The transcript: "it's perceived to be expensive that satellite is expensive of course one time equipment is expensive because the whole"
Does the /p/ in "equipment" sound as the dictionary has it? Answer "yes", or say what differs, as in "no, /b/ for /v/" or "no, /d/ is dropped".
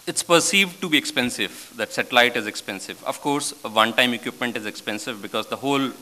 yes